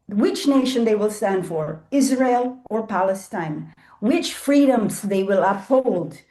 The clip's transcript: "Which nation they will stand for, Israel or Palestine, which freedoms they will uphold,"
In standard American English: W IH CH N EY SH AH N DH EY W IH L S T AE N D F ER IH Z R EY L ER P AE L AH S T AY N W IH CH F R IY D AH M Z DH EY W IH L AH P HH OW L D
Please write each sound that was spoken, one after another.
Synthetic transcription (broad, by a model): W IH CH N EY SH AH N DH EY W IH L S T AE N D F ER IH Z R EY L ER P AE L AH S T AY N W IH CH F R IY D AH M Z DH EY W IH L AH P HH OW L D